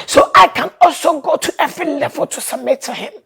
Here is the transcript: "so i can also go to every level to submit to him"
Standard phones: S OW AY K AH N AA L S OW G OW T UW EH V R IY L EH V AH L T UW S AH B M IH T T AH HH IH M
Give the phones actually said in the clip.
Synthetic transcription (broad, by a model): S OW AY K AH N AA L S OW G OW T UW EH V R IY L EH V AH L T UW S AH M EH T T AH HH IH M